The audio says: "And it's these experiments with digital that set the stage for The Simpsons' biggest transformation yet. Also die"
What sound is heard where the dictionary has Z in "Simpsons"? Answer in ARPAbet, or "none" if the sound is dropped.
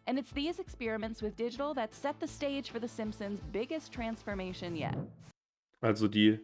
Z